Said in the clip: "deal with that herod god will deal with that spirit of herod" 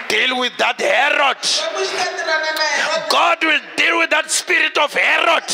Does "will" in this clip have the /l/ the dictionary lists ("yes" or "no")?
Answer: yes